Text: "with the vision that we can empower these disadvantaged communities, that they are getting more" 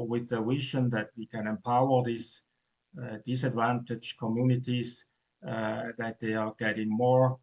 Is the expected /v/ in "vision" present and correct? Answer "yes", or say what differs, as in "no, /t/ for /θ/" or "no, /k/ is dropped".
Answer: no, /w/ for /v/